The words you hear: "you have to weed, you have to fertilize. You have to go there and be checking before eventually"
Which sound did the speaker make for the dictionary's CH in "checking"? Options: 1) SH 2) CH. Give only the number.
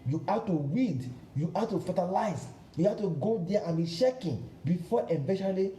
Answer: 1